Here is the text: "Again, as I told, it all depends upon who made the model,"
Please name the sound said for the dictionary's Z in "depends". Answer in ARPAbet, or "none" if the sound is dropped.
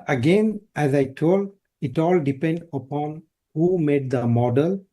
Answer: none